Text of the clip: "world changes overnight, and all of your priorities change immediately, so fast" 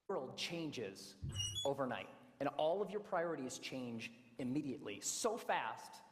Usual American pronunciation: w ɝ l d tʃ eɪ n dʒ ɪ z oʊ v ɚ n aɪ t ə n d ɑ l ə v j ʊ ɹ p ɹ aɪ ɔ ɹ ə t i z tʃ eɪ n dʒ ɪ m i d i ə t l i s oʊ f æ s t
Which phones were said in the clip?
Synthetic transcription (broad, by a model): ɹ l d tʃ eɪ n dʒ ɪ z oʊ v ɚ n aɪ t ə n ɑ l ə v j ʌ ɹ p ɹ aɪ ɔ ɹ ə t i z tʃ eɪ n dʒ ɪ m i d i ə t l i s oʊ f æ s t